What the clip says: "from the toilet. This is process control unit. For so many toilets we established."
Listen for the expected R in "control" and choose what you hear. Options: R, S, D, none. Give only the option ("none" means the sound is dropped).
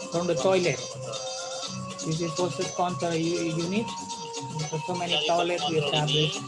none